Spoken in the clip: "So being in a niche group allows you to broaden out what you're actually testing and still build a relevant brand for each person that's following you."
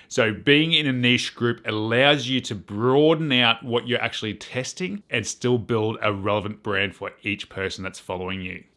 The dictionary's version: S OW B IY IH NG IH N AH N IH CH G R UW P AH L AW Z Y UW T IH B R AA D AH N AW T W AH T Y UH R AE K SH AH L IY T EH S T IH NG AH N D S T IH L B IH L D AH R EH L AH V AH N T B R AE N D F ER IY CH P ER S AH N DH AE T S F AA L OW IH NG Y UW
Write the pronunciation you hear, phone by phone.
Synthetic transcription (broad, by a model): S OW B IY IH NG IH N AH N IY SH G R UW P AH L AW Z Y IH T IH B R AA D N AW T W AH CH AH R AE K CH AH L IY T EH S T IH NG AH N S T IH L B IH L D AH R EH L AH V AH N B R AE N D F ER IY CH P ER S N DH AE T S F AA L OW IH NG Y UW